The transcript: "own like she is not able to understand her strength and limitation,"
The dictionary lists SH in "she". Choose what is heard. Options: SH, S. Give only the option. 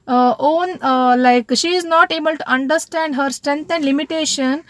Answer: SH